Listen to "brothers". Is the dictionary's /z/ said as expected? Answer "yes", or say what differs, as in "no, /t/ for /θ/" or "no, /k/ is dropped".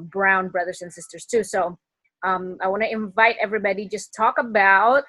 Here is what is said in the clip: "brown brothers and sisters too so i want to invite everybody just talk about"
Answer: yes